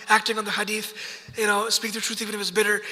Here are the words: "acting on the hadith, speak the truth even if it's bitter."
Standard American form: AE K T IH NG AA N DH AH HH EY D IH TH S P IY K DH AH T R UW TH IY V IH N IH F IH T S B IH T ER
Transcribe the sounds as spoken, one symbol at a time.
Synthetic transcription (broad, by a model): AE K T IH NG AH N DH AH HH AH D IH TH S P IY K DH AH T R UW TH IY V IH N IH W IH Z B IH T ER